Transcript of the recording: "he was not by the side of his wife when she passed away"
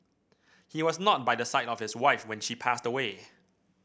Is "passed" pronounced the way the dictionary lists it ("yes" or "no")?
yes